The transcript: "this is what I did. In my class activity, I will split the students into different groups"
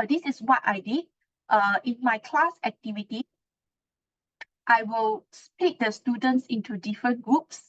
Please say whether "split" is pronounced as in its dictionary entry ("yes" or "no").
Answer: no